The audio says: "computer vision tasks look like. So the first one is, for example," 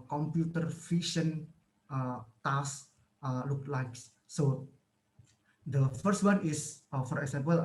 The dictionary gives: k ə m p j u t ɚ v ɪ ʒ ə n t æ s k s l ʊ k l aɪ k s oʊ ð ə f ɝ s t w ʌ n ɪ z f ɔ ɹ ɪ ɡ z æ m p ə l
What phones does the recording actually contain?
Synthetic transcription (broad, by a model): k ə m p j u t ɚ f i ʃ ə n t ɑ s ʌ l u k l aɪ k s oʊ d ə f ɝ s t w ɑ n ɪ s f ɔ ɹ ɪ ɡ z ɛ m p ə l